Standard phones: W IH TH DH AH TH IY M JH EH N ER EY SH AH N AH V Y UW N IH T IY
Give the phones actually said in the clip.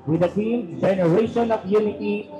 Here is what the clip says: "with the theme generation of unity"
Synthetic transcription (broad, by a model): W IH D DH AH T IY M JH EH N ER EY SH AH N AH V Y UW N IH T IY